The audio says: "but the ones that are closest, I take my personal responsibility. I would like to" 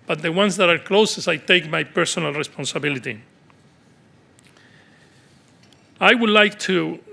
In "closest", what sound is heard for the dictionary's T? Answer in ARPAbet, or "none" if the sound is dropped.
none